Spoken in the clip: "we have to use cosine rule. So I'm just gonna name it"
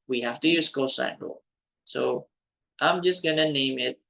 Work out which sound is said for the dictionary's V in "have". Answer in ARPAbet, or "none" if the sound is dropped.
F